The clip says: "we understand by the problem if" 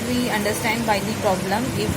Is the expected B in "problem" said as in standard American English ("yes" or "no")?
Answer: yes